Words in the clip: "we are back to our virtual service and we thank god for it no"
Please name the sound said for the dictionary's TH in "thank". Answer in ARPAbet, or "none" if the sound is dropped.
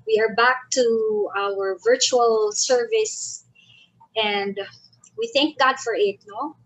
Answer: TH